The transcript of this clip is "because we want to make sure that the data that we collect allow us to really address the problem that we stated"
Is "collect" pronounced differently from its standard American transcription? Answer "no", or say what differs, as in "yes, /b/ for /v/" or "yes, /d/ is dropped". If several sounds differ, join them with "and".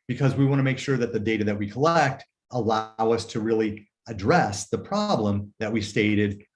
no